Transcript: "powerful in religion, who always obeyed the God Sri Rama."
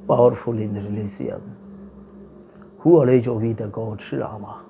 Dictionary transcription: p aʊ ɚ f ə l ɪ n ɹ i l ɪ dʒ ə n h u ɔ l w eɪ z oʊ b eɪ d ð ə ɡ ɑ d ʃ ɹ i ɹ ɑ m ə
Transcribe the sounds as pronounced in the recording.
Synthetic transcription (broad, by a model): p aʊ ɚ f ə l ɪ n ɹ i l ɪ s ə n h u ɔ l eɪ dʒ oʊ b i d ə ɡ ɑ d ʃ i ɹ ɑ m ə